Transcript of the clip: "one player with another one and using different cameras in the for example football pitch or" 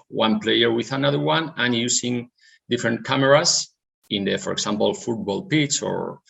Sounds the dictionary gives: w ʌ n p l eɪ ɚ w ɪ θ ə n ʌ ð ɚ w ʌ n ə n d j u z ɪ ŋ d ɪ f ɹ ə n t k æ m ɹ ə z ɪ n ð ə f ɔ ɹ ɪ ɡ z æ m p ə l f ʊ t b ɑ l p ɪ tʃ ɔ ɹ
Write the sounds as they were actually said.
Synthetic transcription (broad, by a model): w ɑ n p l eɪ ɚ w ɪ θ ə n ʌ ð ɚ w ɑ n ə n j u s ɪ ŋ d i f ɹ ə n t k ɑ m ɹ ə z ɪ n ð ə f ɔ ɹ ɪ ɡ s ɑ m p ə l f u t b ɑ l p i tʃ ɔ ɹ